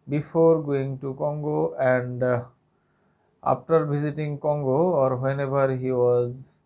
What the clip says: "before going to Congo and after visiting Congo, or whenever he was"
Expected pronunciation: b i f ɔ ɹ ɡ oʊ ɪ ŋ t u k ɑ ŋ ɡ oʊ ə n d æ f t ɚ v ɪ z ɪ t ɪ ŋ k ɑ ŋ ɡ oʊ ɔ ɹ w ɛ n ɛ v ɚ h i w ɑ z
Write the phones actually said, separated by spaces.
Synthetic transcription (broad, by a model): b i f ɔ ɹ ɡ oʊ ɪ ŋ t u k ɑ ŋ ɡ oʊ ə n d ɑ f t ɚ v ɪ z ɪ t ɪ ŋ k ɑ ŋ ɡ oʊ ɔ ɹ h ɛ n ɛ b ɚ h i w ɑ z